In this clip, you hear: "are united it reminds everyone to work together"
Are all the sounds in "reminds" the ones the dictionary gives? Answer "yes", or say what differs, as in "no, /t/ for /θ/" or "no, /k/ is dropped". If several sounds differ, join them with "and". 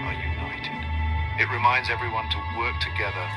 yes